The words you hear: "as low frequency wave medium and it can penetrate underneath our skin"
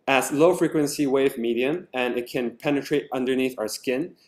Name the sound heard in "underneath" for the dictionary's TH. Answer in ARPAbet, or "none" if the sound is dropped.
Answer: TH